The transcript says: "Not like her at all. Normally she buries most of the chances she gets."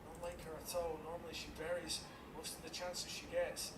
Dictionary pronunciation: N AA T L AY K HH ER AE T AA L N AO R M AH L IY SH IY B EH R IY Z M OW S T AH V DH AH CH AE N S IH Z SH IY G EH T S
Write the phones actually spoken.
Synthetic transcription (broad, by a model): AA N L AY K HH ER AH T AA L N AO R M AH L IY SH IY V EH R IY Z M OW S T AH V DH AH CH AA N S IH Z SH IY G EH T S